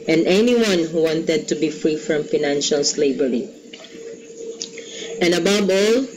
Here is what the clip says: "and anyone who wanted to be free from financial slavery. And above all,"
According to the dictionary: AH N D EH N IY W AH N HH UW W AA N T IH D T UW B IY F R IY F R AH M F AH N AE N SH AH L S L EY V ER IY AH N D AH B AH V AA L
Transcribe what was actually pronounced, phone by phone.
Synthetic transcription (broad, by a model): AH N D EH N IY W AH N HH UW W AA N T IH D T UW B IY F R IY F R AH M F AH N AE N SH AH L S L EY B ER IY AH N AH B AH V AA L